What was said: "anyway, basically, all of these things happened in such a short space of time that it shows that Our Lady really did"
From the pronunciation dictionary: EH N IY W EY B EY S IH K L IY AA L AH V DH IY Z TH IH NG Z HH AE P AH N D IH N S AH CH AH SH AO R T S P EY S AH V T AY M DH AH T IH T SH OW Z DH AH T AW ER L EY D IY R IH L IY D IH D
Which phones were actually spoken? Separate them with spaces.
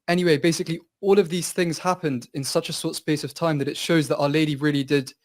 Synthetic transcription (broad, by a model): EH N IY W EY B EY S IH K L IY AA L AH V DH IY Z TH IH NG Z HH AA P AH N D IH N S AH CH AH S AO T S P EY S AH V T AY M DH AH T IH T SH OW Z DH AH T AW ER L EY D IY R IH L IY D IH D